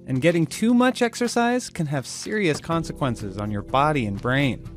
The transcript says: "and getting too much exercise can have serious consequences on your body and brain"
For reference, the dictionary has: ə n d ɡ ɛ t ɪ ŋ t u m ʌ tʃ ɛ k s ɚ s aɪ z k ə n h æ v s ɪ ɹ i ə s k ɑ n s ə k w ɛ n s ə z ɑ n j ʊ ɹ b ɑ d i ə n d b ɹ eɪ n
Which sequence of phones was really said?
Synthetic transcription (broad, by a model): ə n ɡ ɛ t ɪ ŋ t u m ʌ tʃ ɛ k s ɚ s aɪ z k ə n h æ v s ɪ ɹ i ə s k ɑ n s ə k w ɛ n s ə z n j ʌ ɹ b ɑ d i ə n b ɹ eɪ n